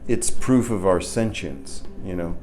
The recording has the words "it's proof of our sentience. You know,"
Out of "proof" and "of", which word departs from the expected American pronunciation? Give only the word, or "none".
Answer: none